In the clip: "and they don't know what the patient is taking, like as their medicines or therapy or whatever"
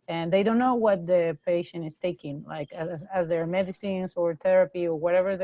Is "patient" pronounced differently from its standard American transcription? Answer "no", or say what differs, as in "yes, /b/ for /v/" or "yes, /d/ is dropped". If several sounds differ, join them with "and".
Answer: yes, /t/ is dropped